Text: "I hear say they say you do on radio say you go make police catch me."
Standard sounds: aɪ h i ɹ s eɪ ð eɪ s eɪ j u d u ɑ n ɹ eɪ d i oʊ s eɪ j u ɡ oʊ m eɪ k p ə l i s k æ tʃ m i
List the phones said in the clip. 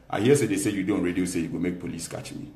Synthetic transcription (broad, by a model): aɪ h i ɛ s eɪ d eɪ s eɪ j u d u ɑ n ɹ eɪ d i oʊ s eɪ j u ɡ oʊ m eɪ k p ə l i s k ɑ tʃ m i